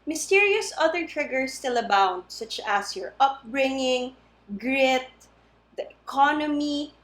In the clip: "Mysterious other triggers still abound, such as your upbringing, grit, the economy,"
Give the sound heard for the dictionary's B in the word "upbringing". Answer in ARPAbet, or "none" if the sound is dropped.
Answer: B